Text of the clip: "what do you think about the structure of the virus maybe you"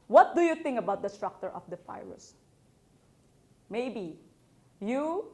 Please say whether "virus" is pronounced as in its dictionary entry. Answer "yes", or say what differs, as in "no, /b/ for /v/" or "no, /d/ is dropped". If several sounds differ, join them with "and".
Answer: no, /f/ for /v/